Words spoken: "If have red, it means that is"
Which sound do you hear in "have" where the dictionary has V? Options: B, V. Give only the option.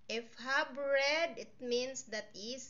B